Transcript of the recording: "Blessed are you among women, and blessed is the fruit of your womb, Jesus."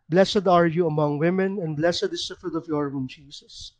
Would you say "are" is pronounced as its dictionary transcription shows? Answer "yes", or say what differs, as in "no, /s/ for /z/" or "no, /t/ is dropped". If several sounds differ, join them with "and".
yes